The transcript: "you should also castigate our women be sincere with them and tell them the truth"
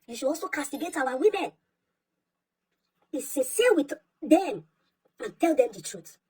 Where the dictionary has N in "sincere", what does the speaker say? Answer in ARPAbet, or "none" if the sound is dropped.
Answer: none